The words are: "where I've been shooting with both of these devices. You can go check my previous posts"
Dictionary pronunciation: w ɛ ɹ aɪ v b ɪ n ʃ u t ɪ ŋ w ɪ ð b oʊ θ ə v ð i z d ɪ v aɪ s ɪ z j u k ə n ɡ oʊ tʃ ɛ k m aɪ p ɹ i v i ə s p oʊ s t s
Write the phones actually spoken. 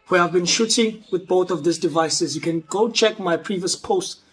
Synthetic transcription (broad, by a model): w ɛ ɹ aɪ v b ɪ n ʃ u t ɪ ŋ w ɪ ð b oʊ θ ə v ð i s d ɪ v aɪ s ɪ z j u k ə n ɡ oʊ tʃ ɛ k m aɪ p ɹ i v i ə s p oʊ s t